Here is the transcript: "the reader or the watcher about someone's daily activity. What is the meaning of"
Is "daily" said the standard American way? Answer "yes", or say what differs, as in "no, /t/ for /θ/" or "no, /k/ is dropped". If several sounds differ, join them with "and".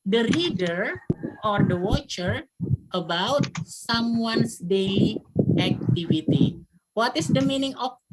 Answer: no, /l/ is dropped